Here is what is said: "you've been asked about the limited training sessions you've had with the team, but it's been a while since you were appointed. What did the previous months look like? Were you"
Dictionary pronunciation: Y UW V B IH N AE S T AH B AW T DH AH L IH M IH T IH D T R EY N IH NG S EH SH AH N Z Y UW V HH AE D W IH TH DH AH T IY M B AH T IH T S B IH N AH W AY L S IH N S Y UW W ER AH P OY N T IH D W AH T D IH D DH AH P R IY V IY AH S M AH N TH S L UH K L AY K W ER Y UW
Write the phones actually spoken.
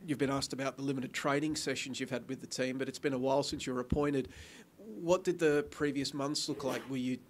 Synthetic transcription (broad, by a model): Y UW V B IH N AE S T AH B AW T DH AH L IH M IH T IH D T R EY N IH NG S EH SH N Z Y UW V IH D W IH DH AH T IY M B AH T IH T S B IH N AH W AY L S IH N S Y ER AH P OY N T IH D W AH T D IH D DH AH P R IY V IY AH S M AH N TH S L UH K L AY K W ER Y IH